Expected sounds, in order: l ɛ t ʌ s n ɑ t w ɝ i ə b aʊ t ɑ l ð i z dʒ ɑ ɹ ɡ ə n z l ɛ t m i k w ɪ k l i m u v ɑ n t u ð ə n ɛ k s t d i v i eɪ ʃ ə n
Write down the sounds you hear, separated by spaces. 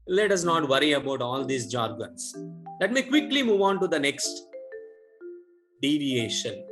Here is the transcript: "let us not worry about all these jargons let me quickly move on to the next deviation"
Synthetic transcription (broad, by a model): l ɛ t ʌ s n ɑ t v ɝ i ə b aʊ t ɑ l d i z dʒ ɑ ɹ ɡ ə n s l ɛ t m i k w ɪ k l i m u v ɑ n t u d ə n ɛ k s t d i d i eɪ ʃ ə n